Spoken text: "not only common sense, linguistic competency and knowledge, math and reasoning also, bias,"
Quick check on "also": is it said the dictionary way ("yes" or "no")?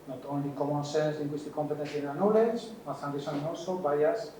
no